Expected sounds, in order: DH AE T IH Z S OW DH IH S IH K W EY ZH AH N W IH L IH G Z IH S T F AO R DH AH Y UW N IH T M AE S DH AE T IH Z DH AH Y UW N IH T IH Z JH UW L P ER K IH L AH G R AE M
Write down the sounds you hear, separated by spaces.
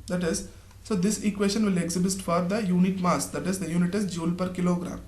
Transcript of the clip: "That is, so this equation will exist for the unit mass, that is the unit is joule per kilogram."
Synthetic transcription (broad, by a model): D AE T IH Z S OW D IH S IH K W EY SH AH N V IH L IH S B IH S T F AO R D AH Y UW N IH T M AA S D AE T IH Z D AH Y UW N IH T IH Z JH UW L P ER K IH L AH G R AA M